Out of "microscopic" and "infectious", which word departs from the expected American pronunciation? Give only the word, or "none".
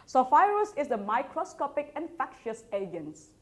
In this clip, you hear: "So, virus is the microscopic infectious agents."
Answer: none